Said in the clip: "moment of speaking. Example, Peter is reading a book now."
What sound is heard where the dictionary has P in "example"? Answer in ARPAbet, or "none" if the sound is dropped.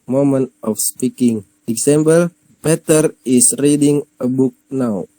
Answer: B